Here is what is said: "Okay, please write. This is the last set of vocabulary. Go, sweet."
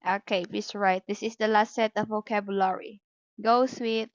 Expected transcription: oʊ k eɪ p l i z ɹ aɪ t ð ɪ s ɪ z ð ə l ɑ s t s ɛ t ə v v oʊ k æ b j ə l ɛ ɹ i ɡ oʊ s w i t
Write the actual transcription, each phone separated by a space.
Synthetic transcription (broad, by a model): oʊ k eɪ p i s ɹ aɪ t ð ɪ s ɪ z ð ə l ɑ s t s ɛ t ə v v oʊ k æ b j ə l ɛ ɹ i ɡ oʊ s w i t